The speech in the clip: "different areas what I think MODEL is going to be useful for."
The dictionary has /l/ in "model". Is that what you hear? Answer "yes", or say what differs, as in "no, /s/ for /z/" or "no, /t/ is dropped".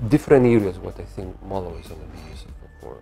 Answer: no, /w/ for /l/